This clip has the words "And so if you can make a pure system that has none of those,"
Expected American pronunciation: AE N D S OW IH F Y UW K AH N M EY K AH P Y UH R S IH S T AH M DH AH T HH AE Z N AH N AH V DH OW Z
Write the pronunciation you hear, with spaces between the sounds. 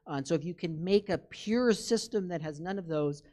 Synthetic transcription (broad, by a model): N S OW IH F Y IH K AH N M EY K AH P Y UH R S IH S T AH M DH AH T HH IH Z N AH N AH V DH OW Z